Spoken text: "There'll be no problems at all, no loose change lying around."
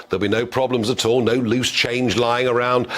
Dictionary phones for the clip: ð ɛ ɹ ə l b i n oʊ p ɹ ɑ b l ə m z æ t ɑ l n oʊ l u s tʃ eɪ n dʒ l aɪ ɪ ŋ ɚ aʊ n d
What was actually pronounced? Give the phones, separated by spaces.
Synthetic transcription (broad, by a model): ð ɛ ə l b i n oʊ p ɹ ɑ b l ə m z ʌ t ɑ l n oʊ l u s tʃ eɪ n dʒ l aɪ ɪ ŋ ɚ aʊ n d